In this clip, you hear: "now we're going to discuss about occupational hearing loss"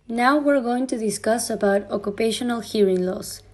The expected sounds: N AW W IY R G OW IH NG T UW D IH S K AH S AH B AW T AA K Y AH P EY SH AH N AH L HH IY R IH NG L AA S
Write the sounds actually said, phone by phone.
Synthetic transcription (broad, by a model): N AW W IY R G OW IH NG T UW D IH S K AH S AH B AW T AA K Y AH P EY SH AH N AH L HH IY R IH NG L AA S